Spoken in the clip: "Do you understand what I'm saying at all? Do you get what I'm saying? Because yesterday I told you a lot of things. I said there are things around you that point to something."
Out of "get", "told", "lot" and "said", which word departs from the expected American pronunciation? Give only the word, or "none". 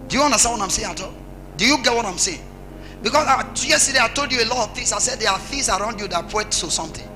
none